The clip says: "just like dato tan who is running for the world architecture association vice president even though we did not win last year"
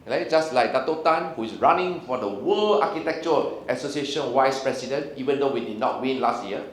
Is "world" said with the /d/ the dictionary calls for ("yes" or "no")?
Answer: no